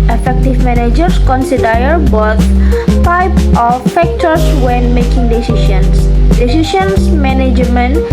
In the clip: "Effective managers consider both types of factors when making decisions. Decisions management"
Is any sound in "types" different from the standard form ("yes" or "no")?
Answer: yes